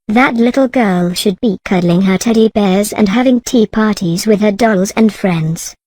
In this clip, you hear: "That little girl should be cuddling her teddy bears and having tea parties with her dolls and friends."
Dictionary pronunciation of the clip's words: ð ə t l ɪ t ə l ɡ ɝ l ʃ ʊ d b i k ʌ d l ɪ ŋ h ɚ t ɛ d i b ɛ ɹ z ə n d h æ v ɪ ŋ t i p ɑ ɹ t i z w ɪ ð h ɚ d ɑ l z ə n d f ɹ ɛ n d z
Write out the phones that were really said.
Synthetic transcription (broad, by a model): ð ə t l ɪ t l ɡ ɝ l ʃ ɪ d b i k ʌ d l ɪ ŋ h ɚ t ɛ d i b ɛ ɹ z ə n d h æ v ɪ ŋ t i p ɑ ɹ t i z w ɪ ð ɚ d ɑ l z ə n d f ɹ ɛ n d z